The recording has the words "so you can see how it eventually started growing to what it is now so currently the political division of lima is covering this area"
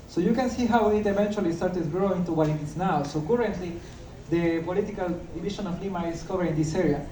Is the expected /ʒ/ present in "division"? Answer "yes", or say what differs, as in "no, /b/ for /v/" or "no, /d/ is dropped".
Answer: no, /ʃ/ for /ʒ/